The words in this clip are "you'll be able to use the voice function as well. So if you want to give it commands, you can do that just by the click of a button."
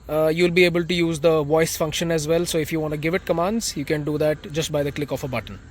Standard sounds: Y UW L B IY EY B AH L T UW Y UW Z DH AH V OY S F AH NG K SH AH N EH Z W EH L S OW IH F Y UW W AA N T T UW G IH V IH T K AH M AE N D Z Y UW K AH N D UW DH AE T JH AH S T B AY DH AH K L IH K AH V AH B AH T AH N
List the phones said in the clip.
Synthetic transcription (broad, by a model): Y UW L B IY EY B AH L T UW Y UW Z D AH V OY S F AH NG K SH AH N EH Z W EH L S OW IH F Y UW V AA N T T UW G IH V IH T K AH M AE N D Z Y UW K AH N D UW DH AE T JH AH S T B AY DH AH K L IH K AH F AH B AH T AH N